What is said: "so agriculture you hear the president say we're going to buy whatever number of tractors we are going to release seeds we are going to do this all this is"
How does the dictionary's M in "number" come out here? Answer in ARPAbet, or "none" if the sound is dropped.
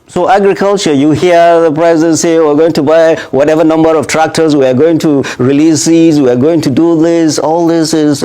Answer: M